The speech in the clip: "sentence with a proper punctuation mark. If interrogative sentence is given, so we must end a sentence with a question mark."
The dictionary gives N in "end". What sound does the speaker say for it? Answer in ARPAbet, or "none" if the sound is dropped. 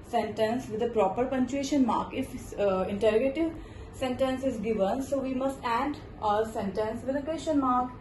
none